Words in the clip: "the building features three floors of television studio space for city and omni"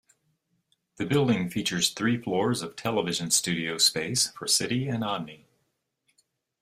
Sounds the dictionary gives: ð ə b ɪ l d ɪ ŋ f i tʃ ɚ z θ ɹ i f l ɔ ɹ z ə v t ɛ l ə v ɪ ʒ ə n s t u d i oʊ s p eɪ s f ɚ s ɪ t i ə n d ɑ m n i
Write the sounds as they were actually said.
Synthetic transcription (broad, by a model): ð ə b ɪ l d ɪ ŋ f i tʃ ɚ z θ ɹ i f l ɔ ɹ z ə v t ɛ l ə v ɪ ʒ ə n s t u d i oʊ s p eɪ s f ɚ s ɪ t i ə n ɑ n i